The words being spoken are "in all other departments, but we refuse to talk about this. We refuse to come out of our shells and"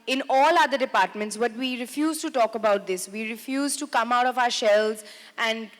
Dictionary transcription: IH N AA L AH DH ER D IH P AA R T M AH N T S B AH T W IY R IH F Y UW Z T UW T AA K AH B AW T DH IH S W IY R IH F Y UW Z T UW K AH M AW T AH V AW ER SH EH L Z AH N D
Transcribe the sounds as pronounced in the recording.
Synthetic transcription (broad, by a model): IH N AA L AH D ER D IH P AA R T M AH N T S B AH T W IY R IH F Y UW Z T UW T AA K AH B AW T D IH S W IY R IH F Y UW Z T UW K AH M AW T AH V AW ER SH EH L Z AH N D